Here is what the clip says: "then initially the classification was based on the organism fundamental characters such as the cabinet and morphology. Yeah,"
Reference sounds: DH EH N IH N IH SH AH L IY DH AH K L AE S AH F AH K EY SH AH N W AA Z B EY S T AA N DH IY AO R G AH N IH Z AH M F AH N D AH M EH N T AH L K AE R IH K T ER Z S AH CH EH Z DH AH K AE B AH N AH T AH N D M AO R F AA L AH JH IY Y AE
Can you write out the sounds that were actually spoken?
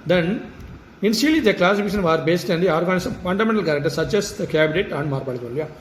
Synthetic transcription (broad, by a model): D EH N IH N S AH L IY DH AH K L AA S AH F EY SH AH N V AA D B EY S T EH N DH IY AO R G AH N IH S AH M F AH N D AH M EH N T AH L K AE R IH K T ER S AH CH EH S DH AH K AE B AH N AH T AH N D M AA R P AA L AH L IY Y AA